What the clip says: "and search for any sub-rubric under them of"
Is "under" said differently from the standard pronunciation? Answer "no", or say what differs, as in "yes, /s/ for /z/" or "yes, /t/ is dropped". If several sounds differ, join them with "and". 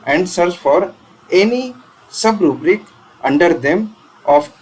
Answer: no